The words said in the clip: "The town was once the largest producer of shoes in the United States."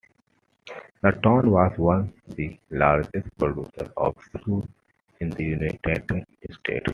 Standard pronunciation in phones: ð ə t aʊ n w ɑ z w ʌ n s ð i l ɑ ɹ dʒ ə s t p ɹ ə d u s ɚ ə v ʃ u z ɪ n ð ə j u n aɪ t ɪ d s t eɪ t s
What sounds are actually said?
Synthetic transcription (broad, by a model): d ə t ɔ n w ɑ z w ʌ n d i l ɑ ɹ dʒ ə s t p ɹ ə d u s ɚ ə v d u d ɪ n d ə j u n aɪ t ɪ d s t eɪ t